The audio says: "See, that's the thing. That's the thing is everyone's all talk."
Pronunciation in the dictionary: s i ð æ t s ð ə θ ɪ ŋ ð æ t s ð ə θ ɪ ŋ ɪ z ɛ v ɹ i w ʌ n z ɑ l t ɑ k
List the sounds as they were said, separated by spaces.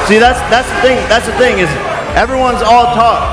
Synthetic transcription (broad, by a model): s i ð æ t s ð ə θ ɪ ŋ ð æ t s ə θ ɪ ŋ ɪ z ɛ v ɹ i w ʌ n z ɑ l t ɑ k